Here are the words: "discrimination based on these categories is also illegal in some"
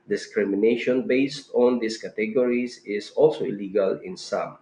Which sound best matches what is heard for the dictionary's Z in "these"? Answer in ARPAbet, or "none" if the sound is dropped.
S